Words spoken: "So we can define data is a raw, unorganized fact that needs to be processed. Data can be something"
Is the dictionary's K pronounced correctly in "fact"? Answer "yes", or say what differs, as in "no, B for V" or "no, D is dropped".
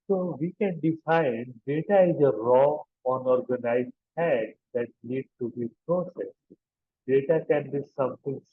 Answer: no, K is dropped